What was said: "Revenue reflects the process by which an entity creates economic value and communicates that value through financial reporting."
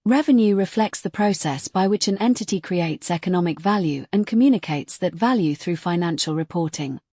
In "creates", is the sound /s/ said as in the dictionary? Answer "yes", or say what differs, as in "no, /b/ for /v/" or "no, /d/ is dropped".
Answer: yes